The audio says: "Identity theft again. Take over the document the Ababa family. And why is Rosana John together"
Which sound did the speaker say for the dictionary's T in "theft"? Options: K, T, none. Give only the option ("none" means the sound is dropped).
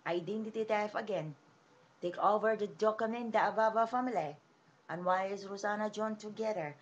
none